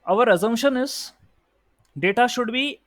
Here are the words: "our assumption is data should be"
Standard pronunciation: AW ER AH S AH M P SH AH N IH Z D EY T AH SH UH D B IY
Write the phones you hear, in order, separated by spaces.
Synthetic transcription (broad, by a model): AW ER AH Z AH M SH AH N IH Z D EY T AH SH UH D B IY